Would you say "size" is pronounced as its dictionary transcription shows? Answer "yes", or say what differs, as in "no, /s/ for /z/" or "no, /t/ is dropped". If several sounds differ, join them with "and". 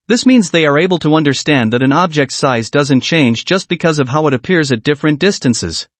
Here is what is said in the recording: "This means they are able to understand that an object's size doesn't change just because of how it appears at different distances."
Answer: yes